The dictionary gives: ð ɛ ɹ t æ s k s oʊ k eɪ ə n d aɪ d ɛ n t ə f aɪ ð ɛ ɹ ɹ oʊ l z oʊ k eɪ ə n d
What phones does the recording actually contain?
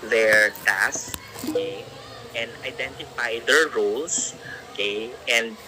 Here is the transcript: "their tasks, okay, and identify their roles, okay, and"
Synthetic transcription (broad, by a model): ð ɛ ɹ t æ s s oʊ k eɪ ə n d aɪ d ɛ n t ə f aɪ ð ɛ ɹ ɹ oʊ l s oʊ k eɪ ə n d